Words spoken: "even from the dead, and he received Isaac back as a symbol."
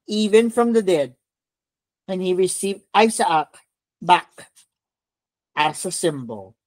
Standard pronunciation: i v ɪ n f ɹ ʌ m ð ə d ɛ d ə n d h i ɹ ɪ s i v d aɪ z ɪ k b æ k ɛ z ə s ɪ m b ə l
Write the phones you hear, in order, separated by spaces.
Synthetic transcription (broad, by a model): i v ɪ n f ɹ ʌ m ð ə d ɛ d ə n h i ɹ ɪ s i v d aɪ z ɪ k b æ k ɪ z ə s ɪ m b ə l